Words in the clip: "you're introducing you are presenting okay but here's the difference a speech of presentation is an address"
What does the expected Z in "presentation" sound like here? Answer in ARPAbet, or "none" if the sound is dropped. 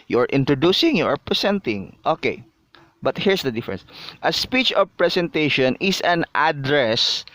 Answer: S